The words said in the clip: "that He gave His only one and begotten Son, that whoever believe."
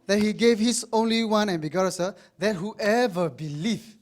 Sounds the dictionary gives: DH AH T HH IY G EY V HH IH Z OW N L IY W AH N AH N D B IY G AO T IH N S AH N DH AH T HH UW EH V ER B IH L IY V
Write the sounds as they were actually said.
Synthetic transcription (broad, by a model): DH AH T HH IY G EY V HH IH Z OW N L IY W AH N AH N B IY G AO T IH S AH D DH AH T HH UW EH V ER B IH L IY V